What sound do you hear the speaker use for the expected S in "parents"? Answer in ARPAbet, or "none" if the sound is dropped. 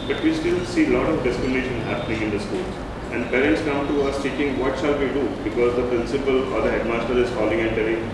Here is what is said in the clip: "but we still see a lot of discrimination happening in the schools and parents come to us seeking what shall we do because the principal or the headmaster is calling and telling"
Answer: S